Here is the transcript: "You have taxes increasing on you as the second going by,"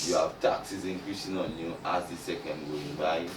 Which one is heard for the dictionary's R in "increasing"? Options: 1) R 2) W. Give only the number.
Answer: 2